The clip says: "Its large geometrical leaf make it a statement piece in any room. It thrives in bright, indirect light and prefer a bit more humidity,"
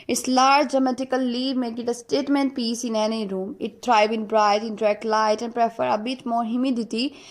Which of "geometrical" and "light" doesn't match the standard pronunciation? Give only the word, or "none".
geometrical